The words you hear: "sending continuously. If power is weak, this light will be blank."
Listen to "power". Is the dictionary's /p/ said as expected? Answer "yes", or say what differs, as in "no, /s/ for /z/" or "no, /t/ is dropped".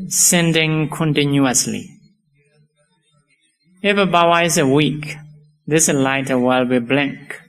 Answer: no, /b/ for /p/